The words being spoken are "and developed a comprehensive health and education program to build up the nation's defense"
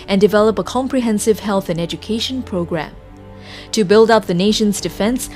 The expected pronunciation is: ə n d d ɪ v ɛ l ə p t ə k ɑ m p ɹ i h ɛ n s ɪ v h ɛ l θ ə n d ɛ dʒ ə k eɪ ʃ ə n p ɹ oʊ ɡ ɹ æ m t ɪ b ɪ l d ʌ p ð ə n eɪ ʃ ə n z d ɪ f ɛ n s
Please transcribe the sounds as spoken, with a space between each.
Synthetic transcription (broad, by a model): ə n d d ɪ v ɛ l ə p ə k ɑ m p ɹ i h ɛ n s ɪ v h ɛ l θ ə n ɛ dʒ ə k eɪ ʃ ə n p ɹ oʊ ɡ ɹ æ m t ɪ b ɪ l d ʌ p ð ə n eɪ ʃ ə n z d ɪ f ɛ n s